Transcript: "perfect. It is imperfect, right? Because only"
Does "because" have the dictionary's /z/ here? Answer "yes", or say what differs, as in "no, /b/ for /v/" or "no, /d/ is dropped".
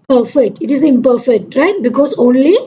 no, /s/ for /z/